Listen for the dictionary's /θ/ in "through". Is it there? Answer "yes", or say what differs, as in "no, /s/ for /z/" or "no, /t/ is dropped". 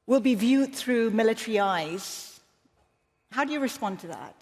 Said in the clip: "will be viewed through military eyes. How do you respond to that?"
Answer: yes